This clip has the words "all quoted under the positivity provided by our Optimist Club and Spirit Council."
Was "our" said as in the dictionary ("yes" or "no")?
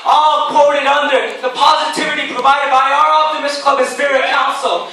yes